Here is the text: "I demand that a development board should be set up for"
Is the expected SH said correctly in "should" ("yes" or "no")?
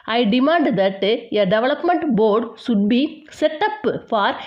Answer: no